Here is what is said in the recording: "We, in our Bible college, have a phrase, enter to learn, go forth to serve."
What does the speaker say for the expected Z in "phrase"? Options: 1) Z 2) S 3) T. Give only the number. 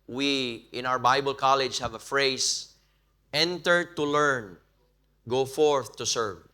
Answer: 2